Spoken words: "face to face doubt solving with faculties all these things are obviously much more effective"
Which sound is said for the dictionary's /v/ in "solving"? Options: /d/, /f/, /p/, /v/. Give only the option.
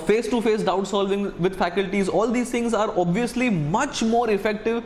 /v/